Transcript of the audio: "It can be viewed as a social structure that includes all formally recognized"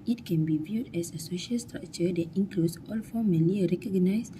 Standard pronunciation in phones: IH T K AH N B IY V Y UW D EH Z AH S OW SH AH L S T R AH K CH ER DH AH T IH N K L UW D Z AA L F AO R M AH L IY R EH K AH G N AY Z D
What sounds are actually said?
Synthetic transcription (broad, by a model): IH T K AH N B IY V Y UW D EH S AH S OW SH AH L S T R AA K CH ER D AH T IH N K L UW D S AA L F AO M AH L IY R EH K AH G N AY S